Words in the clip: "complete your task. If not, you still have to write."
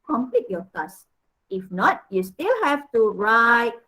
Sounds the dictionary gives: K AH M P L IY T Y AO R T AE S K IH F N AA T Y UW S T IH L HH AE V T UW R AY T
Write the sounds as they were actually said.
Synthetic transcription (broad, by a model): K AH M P L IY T Y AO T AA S IH F N AA T Y UW S T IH L HH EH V T UW R AY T